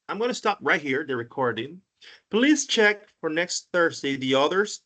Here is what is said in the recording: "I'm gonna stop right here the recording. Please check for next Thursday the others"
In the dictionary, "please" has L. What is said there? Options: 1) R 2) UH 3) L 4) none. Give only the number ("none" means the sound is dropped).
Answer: 3